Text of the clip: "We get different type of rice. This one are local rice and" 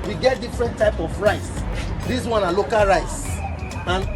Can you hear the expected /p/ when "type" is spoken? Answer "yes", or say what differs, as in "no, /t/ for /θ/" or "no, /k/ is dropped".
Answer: yes